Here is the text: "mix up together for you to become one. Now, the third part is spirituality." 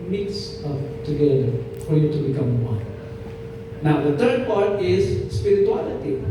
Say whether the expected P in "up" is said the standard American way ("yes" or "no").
no